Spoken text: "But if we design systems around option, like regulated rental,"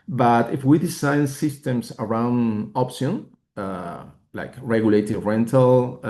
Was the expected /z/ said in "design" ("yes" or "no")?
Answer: no